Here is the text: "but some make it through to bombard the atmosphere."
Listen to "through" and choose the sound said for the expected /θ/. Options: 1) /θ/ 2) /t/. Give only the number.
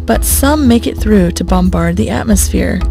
1